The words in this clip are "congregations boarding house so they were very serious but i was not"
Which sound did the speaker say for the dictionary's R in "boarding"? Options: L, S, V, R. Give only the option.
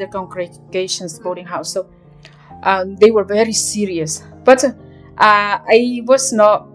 L